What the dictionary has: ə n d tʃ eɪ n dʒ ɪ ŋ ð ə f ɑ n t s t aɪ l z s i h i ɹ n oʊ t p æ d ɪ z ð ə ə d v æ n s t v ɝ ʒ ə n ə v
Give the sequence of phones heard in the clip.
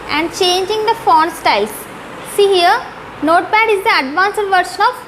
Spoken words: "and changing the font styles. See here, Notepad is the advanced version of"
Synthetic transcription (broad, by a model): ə n d tʃ eɪ n dʒ ɪ ŋ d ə f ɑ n s t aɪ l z s i h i ɹ n oʊ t b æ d ɪ z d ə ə d v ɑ n s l v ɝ ʃ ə n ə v